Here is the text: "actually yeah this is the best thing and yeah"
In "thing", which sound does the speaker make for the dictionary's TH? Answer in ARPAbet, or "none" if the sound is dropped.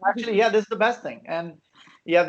TH